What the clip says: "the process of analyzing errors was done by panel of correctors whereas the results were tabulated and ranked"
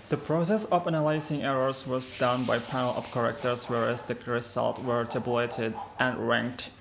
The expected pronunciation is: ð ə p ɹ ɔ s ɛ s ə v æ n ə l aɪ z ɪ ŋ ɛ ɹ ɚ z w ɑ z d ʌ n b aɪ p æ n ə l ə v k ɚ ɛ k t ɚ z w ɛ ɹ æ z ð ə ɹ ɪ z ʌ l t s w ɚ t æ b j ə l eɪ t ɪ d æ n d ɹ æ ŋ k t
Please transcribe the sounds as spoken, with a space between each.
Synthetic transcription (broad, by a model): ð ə p ɹ ɔ s ɛ s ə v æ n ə l aɪ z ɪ ŋ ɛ ɹ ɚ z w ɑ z d ʌ n b aɪ p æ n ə l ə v k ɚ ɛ k t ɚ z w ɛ ɹ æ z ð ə ɹ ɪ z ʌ l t w ɚ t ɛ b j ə l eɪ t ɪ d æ n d ɹ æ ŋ k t